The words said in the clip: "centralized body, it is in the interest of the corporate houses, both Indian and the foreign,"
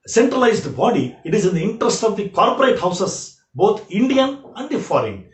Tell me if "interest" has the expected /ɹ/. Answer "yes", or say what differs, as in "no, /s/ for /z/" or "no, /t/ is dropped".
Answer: yes